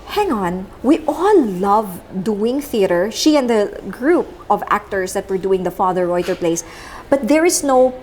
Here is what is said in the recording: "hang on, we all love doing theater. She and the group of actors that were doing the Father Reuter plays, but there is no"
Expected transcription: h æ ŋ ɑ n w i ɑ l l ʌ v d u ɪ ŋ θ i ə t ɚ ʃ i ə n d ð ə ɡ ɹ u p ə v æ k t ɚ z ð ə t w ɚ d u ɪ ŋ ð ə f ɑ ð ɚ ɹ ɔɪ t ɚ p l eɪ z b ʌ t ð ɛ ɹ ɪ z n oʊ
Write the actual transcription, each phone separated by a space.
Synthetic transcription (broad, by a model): h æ ŋ ɑ n w i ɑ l l ʌ v d u ɪ ŋ θ i ə t ɚ ʃ i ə n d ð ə ɡ ɹ u p ə v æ k t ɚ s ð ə t w ɚ d u ɪ ŋ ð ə f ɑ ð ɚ ɹ ɔɪ t ɚ p l eɪ s b ʌ t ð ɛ ɹ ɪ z n oʊ